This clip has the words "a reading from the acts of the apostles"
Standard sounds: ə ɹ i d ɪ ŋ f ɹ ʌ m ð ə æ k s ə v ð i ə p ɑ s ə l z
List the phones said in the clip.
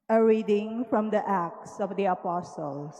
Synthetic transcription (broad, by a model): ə ɹ i d ɪ ŋ f ɹ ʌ m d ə æ k s ə v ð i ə p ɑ s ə l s